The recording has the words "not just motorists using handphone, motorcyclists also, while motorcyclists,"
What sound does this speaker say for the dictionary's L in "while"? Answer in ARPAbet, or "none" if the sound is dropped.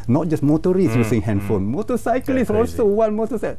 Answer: N